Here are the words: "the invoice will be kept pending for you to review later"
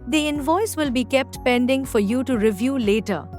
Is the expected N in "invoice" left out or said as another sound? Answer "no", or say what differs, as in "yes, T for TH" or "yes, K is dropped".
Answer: no